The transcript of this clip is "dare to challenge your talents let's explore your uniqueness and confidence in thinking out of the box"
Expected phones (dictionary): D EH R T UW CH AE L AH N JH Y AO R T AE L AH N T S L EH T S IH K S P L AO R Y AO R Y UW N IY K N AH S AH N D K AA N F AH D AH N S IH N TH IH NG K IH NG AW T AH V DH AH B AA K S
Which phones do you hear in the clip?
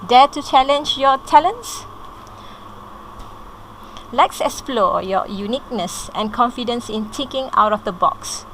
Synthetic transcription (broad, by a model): D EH T UW CH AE L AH N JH Y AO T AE L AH N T S L EH T S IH K S P L AO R Y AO Y UW N IY K N AH S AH N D K AA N F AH D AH N S IH N T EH K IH NG AW T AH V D AH B AA K S